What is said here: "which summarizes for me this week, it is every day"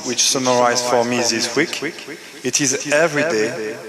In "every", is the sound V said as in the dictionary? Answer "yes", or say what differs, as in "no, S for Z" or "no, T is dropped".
yes